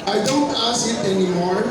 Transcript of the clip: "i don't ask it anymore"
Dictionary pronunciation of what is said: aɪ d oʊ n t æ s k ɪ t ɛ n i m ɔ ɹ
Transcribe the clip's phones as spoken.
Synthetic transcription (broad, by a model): aɪ d oʊ n t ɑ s ɪ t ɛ n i m ɔ ɹ